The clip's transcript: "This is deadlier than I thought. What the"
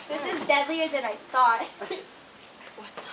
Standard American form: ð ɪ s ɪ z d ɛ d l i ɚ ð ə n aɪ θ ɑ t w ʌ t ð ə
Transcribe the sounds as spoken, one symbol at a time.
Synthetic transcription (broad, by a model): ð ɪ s ɪ z d ɛ d l i ɚ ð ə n aɪ s ɑ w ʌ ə